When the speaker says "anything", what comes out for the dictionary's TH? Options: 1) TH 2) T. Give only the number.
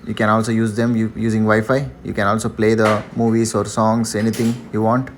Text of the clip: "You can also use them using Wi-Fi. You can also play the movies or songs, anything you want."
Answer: 2